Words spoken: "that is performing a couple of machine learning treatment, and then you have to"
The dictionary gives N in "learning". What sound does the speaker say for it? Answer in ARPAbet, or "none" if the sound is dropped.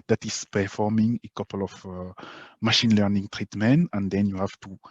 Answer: N